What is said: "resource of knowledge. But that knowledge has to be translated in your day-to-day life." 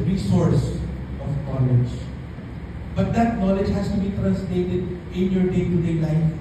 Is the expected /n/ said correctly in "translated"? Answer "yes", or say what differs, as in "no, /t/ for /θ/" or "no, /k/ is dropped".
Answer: no, /n/ is dropped